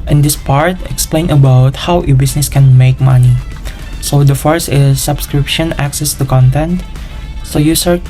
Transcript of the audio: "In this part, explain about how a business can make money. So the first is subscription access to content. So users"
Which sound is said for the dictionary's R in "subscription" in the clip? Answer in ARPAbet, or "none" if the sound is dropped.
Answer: R